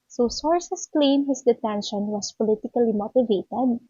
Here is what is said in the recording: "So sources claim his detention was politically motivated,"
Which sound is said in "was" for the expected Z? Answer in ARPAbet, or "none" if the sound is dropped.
S